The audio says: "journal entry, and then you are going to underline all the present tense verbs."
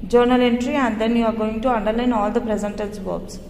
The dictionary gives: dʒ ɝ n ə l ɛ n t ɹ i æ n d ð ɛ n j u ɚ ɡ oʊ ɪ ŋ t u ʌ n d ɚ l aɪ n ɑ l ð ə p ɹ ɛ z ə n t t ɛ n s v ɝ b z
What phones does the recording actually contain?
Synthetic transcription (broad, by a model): dʒ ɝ n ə l ɛ n t ɹ i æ n d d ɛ n j u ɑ ɡ oʊ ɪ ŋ t u ʌ n d ɚ l aɪ n ɑ l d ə p ɹ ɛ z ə n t t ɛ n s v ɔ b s